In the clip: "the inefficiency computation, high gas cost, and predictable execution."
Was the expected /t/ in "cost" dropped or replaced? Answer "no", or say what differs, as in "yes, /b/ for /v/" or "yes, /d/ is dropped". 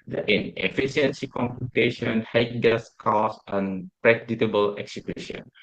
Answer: yes, /t/ is dropped